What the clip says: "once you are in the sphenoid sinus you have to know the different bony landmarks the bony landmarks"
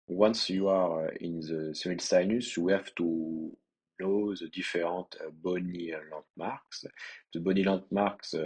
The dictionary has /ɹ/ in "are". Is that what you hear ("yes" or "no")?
yes